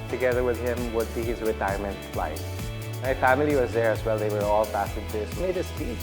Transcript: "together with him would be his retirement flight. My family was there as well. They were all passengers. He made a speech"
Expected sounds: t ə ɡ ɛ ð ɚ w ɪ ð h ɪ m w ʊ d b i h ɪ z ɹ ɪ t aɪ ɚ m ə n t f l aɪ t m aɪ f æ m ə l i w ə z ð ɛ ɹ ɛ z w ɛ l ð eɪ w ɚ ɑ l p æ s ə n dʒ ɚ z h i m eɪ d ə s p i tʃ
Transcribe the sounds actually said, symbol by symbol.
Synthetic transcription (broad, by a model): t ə ɡ ɛ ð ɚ w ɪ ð h ɪ m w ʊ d b i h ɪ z ɹ ɪ t aɪ ɚ m ə n t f l aɪ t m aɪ f æ m ə l i w ə z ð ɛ ɹ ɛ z w ɛ l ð eɪ w ɚ ɑ l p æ s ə dʒ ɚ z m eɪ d ə s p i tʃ